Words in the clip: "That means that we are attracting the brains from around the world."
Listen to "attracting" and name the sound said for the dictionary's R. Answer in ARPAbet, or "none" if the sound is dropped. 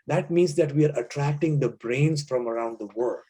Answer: R